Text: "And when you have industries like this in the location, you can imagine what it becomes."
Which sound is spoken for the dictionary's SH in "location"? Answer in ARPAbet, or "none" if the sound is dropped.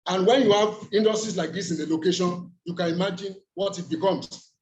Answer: SH